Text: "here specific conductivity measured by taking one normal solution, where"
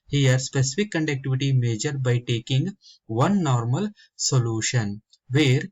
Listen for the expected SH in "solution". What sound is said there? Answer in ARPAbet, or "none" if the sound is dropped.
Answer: SH